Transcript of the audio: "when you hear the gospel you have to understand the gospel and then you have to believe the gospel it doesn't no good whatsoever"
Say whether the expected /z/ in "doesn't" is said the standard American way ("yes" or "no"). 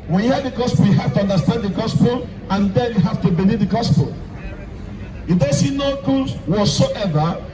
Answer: no